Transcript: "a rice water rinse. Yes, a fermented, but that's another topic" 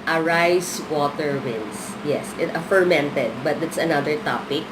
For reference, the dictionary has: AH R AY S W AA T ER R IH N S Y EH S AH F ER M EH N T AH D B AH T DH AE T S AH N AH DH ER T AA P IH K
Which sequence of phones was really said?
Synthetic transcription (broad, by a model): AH R AY S W AA T ER W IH N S Y EH S AH F ER M EH N T AH D B AH T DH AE T S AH N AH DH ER T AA P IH K